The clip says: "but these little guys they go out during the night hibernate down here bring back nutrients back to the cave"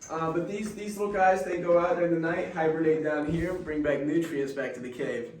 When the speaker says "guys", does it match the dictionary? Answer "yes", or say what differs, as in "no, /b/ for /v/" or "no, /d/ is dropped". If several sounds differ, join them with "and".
yes